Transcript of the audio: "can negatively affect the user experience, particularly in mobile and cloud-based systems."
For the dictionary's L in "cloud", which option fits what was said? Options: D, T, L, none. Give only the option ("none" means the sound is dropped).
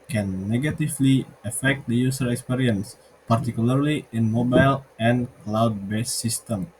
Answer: L